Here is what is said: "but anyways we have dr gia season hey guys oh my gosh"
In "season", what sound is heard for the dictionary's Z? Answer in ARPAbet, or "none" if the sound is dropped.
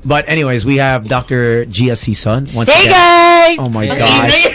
S